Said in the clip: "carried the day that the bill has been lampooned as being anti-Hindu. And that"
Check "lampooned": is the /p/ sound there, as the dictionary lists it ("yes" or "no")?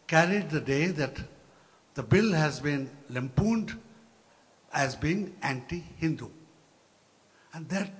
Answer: yes